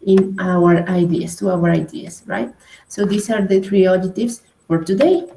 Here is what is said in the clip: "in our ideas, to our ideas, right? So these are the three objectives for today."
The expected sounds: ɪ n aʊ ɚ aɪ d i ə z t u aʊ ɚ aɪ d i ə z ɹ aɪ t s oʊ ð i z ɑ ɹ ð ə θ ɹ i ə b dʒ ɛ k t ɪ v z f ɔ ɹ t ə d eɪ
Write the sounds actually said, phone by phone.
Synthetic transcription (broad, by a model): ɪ n aʊ ɚ aɪ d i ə s t u aʊ ɚ aɪ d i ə s ɹ aɪ t s oʊ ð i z ɑ ɹ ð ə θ ɹ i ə dʒ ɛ t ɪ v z f ɔ ɹ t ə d eɪ